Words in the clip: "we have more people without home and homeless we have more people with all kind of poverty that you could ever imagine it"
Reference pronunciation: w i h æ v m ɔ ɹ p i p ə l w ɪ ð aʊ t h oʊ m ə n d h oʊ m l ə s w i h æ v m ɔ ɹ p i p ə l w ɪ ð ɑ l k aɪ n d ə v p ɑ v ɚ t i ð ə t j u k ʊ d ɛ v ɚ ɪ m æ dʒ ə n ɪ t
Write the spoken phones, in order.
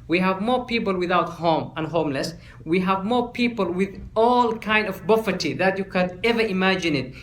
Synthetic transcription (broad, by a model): w i h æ v m ɔ ɹ p i p ə l w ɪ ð aʊ t h oʊ m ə n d h oʊ m l ə s w i h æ v m ɔ ɹ p i p ə l w ɪ ð ɑ l k aɪ n d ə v b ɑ f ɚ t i ð ə t j u k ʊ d ɛ v ɚ ɪ m æ dʒ ə n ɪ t